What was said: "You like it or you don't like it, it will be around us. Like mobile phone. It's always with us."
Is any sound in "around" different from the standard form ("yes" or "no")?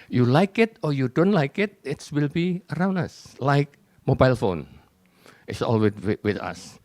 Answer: no